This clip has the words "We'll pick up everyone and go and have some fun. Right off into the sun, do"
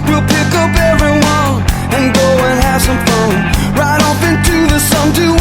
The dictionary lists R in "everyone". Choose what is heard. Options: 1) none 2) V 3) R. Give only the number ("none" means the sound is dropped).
3